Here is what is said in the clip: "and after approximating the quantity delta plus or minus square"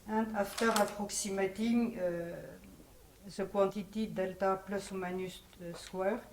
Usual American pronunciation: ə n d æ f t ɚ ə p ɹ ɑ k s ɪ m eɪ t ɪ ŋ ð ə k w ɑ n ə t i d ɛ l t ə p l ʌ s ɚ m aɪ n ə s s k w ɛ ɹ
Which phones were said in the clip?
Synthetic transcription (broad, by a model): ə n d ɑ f t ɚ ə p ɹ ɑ k s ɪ m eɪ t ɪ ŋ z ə k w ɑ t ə t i d ɛ l t ə p l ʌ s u m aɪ n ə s s k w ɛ ɹ